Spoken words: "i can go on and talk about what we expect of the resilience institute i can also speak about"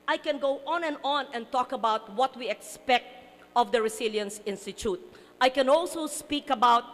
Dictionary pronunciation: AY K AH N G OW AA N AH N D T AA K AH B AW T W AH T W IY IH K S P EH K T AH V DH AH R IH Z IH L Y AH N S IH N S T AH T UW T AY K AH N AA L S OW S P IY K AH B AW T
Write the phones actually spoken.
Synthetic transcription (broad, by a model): AY K AH N G OW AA N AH N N T AA K AH B AW T W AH T W IY IH K S P EH K T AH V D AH R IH S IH L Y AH N S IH N S T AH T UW T AY K AH N AA L S OW S P IY K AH B AW T